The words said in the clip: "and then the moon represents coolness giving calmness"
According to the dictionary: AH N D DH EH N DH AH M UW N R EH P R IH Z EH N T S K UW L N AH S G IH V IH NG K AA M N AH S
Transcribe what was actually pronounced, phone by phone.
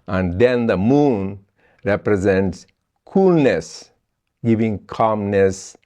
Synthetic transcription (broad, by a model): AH N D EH N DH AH M UW N R EH P R IH Z EH N T S K UW L N AH S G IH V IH NG K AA M N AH S